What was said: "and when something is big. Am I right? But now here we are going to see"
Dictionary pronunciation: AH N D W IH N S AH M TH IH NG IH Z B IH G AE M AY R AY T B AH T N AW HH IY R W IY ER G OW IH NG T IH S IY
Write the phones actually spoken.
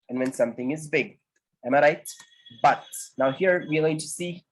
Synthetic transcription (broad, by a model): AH N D W IH N S AH M TH IH NG IH Z B IH G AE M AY R AY T B AH T N AW HH IY R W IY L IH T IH S IY